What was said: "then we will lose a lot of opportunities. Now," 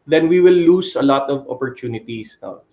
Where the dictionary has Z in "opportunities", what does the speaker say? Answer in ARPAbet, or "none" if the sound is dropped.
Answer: S